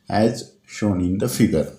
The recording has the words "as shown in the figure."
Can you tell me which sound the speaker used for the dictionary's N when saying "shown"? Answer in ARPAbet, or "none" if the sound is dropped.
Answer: N